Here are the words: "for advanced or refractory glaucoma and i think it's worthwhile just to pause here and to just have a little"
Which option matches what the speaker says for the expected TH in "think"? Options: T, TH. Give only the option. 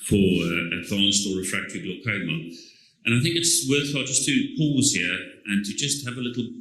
TH